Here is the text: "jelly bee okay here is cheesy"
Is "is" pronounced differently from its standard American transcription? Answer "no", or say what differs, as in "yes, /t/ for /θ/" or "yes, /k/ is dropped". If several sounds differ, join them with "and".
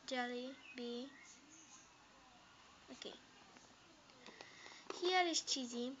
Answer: yes, /s/ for /z/